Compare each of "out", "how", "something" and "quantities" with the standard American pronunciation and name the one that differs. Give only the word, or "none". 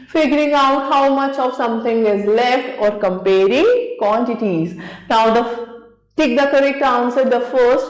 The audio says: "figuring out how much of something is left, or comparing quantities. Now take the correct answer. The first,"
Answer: something